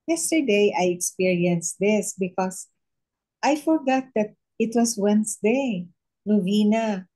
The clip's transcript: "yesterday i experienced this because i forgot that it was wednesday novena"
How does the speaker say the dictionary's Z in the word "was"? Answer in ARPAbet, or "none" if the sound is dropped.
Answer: S